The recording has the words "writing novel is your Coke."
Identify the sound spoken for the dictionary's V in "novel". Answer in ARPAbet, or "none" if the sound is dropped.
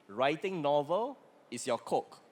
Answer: V